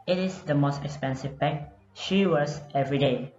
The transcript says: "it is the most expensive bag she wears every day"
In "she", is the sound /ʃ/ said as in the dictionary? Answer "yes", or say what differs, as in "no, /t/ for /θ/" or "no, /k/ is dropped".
yes